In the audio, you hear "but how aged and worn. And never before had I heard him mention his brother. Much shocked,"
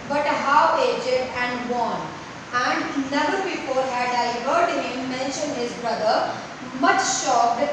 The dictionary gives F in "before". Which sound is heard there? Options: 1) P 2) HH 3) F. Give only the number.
1